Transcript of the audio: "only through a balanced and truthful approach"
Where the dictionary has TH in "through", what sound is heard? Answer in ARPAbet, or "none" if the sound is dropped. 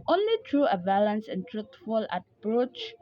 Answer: T